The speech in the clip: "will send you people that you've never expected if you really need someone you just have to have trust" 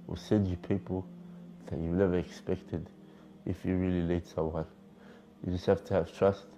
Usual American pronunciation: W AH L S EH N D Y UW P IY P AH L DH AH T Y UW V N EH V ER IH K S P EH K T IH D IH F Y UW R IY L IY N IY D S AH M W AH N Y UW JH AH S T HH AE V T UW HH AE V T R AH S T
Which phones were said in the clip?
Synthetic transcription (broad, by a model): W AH S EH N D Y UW P IY P AH L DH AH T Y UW W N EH V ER IH K S P EH K T IH D IH F Y UW R IY L IY L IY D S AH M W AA L Y UW JH AH S T HH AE F T UW HH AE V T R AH S T